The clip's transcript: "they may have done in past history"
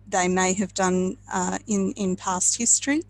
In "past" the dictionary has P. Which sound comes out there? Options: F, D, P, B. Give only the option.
P